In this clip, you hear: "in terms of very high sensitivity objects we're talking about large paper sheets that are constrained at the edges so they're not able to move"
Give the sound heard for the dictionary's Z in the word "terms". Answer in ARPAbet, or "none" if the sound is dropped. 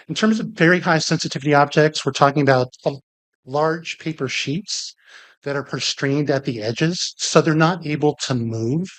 Z